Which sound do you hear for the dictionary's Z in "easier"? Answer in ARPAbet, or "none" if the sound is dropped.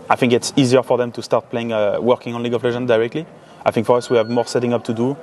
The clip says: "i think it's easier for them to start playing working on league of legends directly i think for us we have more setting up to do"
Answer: Z